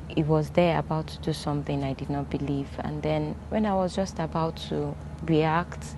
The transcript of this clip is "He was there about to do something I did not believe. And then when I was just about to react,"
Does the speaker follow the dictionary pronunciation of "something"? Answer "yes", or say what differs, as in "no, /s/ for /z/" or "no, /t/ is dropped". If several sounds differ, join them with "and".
yes